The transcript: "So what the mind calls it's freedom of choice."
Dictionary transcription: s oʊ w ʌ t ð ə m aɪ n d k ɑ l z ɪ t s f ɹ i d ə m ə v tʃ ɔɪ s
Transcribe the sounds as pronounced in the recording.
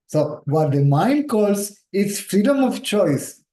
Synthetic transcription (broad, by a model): s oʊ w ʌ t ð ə m aɪ n d k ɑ l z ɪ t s f ɹ i d ə m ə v tʃ ɔɪ s